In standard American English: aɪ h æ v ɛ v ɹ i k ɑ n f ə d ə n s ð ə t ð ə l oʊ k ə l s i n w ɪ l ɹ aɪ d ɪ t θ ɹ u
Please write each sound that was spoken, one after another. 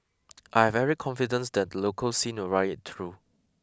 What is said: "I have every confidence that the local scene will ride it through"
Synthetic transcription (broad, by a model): aɪ h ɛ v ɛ ɹ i k ɑ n f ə d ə n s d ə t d ə l oʊ k ə l s i n w ɪ l ɹ aɪ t ɪ t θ ɹ u